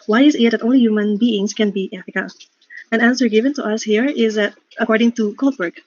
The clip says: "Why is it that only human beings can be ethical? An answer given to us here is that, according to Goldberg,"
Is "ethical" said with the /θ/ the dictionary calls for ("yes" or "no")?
no